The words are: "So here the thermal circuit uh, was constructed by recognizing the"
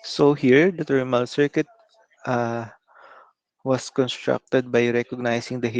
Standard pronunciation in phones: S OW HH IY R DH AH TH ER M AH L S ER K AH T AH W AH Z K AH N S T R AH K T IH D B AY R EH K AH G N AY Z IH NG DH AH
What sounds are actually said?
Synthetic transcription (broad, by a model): S OW HH IY R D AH T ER M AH L S ER K AH T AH W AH S K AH N S T R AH K T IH D B AY R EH K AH G N AY S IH NG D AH